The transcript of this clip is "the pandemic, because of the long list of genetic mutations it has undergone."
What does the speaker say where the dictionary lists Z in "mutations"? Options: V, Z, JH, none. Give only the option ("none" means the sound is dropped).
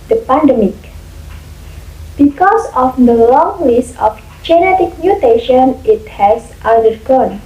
none